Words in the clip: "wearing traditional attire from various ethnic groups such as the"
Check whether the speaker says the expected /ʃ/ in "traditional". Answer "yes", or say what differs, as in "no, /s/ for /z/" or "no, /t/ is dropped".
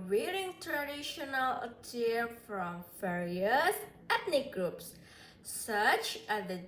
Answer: yes